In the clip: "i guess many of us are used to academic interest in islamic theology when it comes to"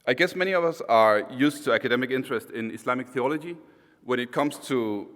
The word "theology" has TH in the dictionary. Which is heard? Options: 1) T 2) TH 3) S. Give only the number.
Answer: 2